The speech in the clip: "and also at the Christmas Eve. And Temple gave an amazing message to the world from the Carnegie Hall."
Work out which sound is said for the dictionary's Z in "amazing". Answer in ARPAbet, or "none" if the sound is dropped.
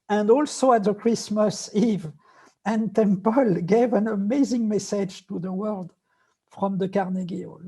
Z